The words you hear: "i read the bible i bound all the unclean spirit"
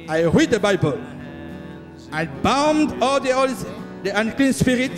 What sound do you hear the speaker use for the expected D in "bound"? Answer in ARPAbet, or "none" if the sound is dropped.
D